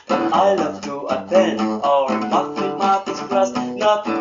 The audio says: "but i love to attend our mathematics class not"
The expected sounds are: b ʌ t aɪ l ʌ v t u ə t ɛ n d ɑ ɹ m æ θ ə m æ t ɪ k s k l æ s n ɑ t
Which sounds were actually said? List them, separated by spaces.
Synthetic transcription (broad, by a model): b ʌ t aɪ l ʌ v t u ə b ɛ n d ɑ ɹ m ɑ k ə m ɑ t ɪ s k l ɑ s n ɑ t